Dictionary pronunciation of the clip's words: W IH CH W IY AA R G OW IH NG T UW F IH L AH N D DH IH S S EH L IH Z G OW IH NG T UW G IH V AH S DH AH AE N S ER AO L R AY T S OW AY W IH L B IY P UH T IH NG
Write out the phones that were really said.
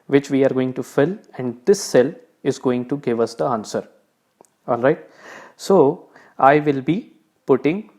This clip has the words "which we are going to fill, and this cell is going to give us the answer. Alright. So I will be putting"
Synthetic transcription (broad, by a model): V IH CH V IY AA R G OW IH NG T UW F IH L AH N D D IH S S EH L IH Z G OW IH NG T UW G IH V AH S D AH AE N S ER AO L R AY T S OW AY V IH L B IY P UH T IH NG